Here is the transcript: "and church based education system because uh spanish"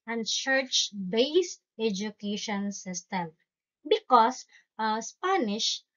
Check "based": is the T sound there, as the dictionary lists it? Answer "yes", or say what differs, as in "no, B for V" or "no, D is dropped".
yes